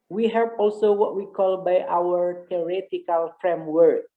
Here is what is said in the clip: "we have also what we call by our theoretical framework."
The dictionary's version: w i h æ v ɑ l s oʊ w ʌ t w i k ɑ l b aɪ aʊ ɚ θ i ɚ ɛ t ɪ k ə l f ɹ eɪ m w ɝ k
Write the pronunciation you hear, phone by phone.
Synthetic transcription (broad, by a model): w i h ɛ p ɑ l s oʊ w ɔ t w i k ɑ l b aɪ aʊ ɚ t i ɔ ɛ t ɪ k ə l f ɹ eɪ m w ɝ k